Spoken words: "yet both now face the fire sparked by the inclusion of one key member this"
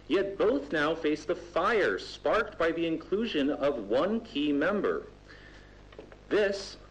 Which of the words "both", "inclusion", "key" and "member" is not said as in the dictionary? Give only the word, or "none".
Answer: none